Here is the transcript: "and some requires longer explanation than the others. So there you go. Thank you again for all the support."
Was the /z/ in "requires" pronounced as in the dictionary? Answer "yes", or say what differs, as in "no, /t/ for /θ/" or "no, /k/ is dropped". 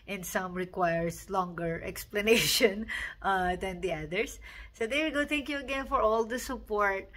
no, /s/ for /z/